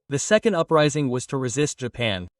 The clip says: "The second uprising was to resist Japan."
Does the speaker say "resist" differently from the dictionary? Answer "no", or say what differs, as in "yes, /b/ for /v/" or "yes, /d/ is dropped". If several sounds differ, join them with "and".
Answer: no